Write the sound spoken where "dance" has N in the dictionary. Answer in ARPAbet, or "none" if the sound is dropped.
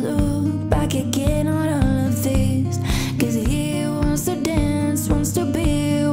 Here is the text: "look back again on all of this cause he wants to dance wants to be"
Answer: N